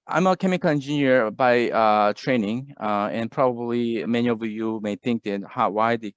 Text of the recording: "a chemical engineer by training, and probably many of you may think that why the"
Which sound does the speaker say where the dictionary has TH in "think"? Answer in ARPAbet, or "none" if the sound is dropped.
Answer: TH